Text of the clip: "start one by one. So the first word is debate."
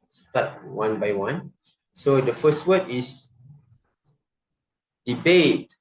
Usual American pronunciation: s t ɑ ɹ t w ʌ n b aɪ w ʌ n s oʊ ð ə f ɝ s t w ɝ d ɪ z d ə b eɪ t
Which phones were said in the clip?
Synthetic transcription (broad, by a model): s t ɑ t w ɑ n b aɪ w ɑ n s oʊ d ə f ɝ s t w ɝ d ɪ s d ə b eɪ t